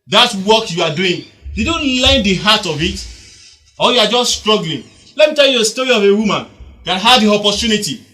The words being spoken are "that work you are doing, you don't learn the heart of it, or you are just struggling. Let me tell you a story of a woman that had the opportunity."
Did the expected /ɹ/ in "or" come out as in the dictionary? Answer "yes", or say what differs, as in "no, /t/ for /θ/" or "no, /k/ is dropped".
no, /l/ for /ɹ/